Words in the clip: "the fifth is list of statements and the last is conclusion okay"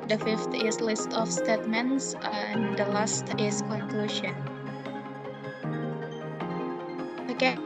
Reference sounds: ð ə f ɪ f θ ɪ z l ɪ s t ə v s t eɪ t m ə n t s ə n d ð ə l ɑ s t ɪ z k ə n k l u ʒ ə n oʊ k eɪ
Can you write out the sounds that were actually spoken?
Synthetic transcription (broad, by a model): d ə f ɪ f t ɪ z l ɪ s t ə f s t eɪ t m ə n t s ə n d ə l ɑ s t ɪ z k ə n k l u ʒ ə n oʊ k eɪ